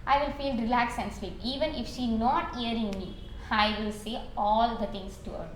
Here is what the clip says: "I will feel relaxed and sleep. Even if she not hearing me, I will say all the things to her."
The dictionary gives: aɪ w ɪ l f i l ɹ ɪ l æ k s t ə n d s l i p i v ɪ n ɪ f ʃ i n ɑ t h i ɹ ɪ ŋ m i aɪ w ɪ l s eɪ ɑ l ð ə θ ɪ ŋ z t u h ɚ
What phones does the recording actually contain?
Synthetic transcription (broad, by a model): aɪ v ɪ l f i l ɹ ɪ l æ k s ə n s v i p i v ɪ n ɪ f ʃ i n ɑ t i ɹ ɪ ŋ m i aɪ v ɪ l s eɪ ɑ l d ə t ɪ ŋ s t u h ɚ